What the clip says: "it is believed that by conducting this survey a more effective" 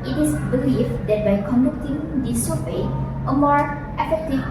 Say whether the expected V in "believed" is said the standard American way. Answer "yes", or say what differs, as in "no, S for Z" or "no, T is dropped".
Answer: no, F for V